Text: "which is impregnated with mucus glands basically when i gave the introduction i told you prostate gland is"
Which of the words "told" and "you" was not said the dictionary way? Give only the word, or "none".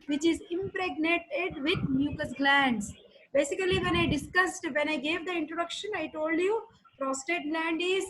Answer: none